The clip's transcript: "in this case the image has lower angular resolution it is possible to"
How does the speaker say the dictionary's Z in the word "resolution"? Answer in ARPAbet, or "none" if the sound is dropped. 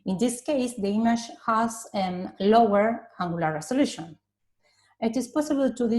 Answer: S